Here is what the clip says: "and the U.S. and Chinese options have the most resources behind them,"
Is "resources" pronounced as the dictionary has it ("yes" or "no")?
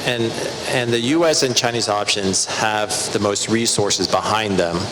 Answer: yes